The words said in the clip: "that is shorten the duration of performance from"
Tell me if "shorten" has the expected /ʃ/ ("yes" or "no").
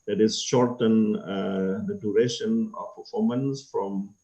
yes